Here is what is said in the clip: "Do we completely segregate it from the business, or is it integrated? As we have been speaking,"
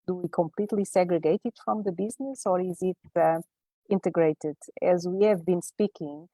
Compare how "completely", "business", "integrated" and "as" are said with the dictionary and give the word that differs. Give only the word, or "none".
none